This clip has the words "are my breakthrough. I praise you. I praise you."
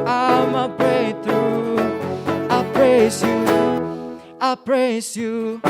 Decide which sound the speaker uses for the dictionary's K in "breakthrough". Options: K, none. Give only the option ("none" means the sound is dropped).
none